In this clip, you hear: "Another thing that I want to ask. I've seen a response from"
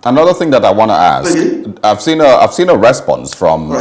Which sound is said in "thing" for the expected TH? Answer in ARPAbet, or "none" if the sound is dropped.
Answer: TH